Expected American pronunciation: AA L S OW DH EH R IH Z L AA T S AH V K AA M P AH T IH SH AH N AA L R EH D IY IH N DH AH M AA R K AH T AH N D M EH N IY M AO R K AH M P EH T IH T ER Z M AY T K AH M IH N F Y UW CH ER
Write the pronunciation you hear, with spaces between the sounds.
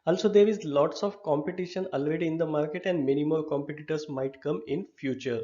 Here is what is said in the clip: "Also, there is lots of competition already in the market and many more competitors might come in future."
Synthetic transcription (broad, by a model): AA L S OW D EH R IH Z L AA T S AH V K AA M P AH T IH SH AH N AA L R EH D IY IH N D AH M AA R K AH T AH N D M EH N IY M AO L K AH M P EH T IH T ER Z M AY T K AH M IH N F Y UW CH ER